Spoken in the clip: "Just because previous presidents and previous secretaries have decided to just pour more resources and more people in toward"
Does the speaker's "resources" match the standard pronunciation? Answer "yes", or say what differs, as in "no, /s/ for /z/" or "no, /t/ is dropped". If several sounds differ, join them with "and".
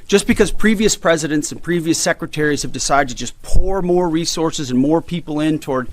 yes